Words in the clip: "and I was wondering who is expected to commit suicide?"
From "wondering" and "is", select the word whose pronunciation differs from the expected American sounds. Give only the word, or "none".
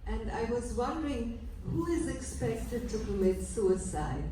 none